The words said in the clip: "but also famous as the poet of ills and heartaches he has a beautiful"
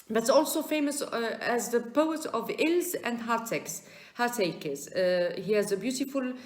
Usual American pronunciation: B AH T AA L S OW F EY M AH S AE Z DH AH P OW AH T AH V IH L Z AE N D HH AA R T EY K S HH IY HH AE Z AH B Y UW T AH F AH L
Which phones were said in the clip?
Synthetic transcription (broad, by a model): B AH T AA L S OW F EY M AH S AE Z DH AH P OW AH T AH V IH L Z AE N D HH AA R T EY K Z HH IY HH AE Z AH B Y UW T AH F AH L